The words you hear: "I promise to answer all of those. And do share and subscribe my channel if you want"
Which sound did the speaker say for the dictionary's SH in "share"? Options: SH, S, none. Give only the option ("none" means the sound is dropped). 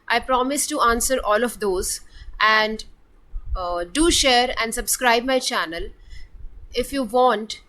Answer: SH